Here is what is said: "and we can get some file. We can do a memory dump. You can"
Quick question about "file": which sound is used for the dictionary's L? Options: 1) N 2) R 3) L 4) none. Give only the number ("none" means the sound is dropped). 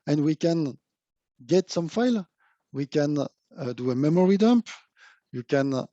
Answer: 3